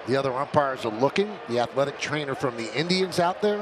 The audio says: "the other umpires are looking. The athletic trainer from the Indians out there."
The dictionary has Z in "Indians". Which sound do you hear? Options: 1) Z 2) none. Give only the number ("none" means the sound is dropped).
1